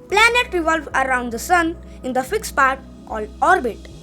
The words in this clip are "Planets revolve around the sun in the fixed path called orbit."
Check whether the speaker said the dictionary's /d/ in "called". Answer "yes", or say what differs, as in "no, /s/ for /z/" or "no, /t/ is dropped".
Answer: no, /d/ is dropped